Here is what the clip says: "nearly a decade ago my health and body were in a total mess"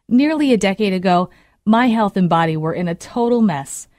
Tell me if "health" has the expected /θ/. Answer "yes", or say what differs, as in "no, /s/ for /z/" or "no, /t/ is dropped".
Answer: yes